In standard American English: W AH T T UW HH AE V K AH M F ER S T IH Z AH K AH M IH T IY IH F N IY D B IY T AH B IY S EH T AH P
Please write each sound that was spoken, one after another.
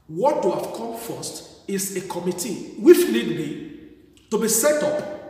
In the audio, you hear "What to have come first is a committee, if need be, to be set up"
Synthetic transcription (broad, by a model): W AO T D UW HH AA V K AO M F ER S T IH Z AH K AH M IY T IY IH F L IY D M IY T AH B IY S EH T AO P